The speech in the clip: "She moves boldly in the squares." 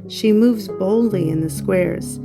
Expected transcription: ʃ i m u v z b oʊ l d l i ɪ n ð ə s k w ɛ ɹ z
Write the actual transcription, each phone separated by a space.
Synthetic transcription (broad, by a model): ʃ i m u v z b oʊ l d l i ɪ n ð ə s k w ɛ ɹ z